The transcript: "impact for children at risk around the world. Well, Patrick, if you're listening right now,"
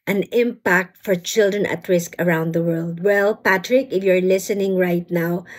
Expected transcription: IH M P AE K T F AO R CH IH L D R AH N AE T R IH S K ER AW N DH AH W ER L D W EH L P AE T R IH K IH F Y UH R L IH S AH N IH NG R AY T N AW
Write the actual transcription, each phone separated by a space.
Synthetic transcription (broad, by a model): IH M P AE K T F AO R CH IH L D R AH N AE T R IH S K ER AW N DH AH W ER L D W EH L P AE T R IH K IH F Y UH R L IH S AH N IH NG R AY T N AW